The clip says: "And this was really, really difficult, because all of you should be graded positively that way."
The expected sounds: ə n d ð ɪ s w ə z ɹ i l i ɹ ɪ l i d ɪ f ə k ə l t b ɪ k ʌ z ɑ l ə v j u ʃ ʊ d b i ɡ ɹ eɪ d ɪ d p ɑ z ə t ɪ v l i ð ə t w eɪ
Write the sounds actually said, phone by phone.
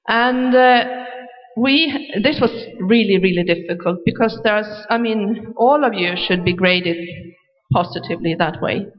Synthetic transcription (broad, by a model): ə n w ð ɪ s w ə z ɹ i l i ɹ ɪ l i d ɪ f ə k ə l t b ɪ k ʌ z ɑ l ə v j u ʃ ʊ d b i ɡ ɹ eɪ d ɪ d p ɑ z ə t ɪ v l i ð ə t w eɪ